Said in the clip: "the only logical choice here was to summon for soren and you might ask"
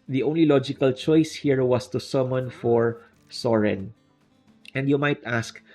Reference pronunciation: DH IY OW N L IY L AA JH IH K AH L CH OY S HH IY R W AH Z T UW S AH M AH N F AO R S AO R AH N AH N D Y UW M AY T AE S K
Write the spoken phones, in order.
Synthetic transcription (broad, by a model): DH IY OW N L IY L AA JH IH K AH L CH OY S HH IY R W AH S T UW S AH M AH N F AO R S AO R AH N AH N D Y UW M AY T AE S K